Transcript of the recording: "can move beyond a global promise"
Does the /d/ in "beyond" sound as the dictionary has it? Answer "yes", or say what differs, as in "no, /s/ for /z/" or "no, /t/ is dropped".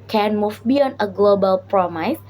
no, /d/ is dropped